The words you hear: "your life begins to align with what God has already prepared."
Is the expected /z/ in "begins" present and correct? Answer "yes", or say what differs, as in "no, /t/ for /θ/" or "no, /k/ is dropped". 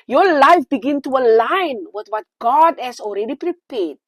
no, /z/ is dropped